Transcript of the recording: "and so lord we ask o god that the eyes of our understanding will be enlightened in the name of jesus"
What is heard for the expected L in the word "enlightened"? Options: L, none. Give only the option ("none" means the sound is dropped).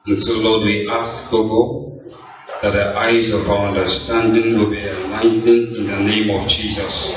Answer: none